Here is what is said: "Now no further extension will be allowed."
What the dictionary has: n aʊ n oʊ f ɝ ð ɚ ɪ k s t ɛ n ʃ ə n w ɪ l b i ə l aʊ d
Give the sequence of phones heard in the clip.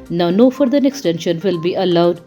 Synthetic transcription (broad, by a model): n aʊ n oʊ f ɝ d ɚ ɪ k s t ɛ n ʃ ə n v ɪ l b i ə l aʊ d